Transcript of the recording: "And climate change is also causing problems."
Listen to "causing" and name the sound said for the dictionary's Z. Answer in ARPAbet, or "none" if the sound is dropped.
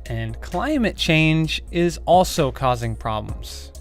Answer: Z